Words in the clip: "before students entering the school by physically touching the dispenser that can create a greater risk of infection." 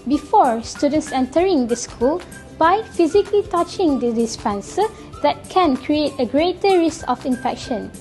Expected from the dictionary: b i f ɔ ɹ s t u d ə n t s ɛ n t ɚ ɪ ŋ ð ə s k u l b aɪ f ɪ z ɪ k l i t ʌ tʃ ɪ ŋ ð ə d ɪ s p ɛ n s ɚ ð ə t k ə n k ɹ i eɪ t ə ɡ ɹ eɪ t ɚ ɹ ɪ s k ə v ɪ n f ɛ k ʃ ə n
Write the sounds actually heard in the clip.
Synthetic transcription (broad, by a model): b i f ɔ ɹ s t u d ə n t s ɛ n t ɚ ɪ ŋ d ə s k u l b aɪ f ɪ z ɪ k l i t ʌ tʃ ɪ ŋ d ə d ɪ s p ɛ n s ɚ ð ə t k ə n k ɹ i eɪ t ə ɡ ɹ eɪ t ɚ ɹ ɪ s k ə f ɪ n f ɛ k ʃ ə n